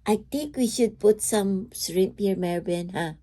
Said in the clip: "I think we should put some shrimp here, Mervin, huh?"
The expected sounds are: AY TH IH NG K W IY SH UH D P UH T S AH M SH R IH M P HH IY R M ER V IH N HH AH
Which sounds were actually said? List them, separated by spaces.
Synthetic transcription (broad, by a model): AY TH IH NG K W IY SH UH D P UH T S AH M S R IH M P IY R M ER B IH N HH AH